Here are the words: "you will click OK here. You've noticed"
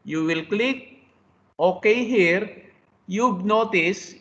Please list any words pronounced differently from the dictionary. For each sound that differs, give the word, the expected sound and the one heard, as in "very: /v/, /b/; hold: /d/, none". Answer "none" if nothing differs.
you've: /v/, /b/